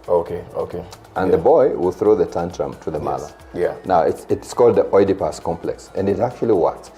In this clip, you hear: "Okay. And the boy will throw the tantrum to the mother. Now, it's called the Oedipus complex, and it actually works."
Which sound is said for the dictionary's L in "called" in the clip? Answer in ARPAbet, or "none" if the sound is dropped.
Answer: L